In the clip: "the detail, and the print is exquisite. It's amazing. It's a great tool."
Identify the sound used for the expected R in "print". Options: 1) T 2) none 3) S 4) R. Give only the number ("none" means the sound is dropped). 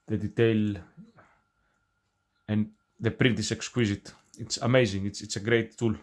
4